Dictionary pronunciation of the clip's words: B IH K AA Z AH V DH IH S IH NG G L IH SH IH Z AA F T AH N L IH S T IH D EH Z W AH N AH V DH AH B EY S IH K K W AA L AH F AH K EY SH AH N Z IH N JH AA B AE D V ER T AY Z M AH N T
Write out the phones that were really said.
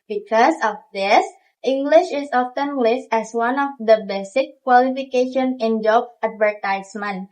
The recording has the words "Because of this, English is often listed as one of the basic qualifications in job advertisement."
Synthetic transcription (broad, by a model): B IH K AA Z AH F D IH S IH NG G L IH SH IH S AA F T AH N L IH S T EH S W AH N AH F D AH B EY S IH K K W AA L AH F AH K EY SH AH N IH N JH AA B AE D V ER T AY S M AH N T